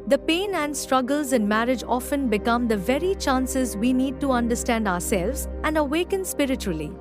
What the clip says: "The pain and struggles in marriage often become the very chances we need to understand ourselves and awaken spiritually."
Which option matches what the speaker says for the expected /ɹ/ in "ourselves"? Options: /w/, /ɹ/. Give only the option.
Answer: /ɹ/